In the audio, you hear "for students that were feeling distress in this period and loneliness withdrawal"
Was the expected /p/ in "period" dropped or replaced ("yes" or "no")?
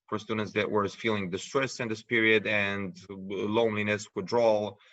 no